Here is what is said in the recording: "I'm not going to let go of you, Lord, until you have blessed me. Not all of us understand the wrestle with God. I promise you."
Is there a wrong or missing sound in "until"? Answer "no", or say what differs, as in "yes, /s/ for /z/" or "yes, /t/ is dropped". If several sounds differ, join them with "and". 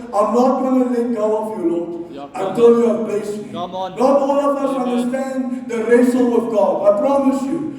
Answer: yes, /n/ is dropped